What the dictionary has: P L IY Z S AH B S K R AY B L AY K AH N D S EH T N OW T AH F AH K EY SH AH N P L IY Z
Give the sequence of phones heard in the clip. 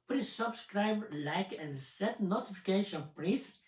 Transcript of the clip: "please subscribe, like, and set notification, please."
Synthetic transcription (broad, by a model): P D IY S AH B S K R AY B L AY K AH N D S EH T N OW T AH F AH K EY SH AH N P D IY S